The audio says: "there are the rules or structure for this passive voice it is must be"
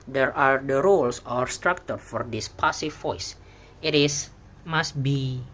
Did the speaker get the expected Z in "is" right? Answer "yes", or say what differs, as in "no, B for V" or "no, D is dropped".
no, S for Z